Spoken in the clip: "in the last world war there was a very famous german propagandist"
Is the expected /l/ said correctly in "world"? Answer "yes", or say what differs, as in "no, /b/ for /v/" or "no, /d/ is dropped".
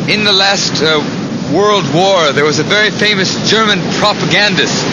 yes